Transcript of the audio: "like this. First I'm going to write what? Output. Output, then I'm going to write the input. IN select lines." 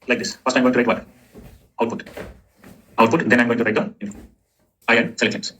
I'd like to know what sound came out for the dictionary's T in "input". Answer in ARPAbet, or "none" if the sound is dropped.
none